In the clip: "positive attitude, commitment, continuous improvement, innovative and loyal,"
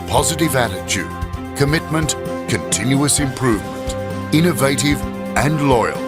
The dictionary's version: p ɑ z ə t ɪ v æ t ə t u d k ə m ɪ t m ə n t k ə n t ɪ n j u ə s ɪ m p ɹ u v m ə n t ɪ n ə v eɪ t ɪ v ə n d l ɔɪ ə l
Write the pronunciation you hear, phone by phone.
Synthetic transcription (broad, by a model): p ɑ z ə t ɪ v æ t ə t u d k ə m ɪ t m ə n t k ə n t ɪ n j u ə s ɪ m p ɹ u v m ə n t ɪ n ə v eɪ t ɪ v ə n l ɔɪ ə l